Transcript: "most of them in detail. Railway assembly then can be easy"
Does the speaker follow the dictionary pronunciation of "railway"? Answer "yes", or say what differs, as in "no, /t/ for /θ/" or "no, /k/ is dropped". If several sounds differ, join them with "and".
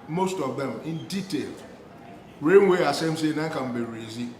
no, /n/ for /l/